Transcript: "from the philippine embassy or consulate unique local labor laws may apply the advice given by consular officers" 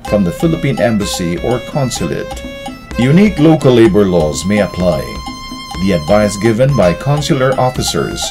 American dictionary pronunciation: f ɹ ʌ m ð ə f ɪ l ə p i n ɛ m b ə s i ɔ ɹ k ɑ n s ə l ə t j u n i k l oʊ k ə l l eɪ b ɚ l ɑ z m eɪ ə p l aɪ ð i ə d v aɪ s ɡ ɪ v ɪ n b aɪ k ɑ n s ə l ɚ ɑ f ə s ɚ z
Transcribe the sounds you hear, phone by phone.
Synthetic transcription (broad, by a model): f ɹ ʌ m ð ə f ɪ l ə p i n ɛ m b ə s i ɔ ɹ k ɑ n s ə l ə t j u n i k l oʊ k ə l l eɪ b ɚ l ɑ z m eɪ ə p l aɪ ð i ə d v aɪ s ɡ ɪ v ɪ n b aɪ k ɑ n s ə l ɚ ɑ f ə s ɚ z